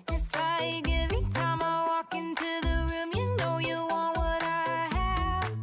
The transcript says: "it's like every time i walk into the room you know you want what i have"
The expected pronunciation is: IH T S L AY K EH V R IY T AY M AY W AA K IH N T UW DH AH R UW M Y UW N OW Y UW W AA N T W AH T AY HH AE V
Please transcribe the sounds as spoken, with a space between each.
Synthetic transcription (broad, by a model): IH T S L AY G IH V IY T AY M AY W AA K IH N T UW DH AH R UW M Y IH N OW Y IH W AA N T W AH T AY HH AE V